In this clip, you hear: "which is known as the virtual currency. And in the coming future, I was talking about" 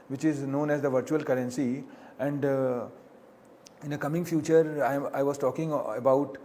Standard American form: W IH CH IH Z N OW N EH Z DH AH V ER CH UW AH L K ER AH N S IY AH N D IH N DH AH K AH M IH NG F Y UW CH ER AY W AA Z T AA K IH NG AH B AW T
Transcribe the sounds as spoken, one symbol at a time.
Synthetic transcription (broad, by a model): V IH CH IH Z N OW N EH Z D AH V ER CH UW AH L K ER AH N S IY AH N D IH N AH K AH M IH NG F Y UW CH ER AY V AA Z T AA K IH NG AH B AW T